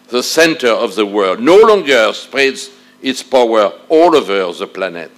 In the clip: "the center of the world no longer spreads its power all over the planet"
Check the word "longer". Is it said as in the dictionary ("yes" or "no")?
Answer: yes